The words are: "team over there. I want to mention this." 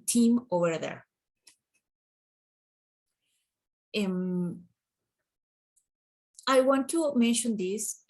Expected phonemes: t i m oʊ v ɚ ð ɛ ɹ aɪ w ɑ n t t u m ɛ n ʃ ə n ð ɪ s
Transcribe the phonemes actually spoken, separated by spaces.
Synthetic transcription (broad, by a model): t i m oʊ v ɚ ð ɛ ɹ aɪ w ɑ n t t u m ɛ n ʃ ə n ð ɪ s